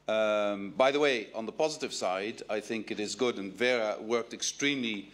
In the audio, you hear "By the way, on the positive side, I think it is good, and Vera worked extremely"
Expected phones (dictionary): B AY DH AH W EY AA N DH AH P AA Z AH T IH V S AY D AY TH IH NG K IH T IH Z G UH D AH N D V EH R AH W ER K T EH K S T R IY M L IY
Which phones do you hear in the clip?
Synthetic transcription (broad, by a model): B AY DH AH W EY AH N DH AH P AA Z AH T IH V S AY D AY TH IH NG K IH T IH Z G UH D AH N V EH R AH W ER K T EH K S T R IY M L IY